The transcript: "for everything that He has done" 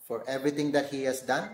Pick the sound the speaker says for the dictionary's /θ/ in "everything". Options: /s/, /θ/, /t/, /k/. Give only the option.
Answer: /t/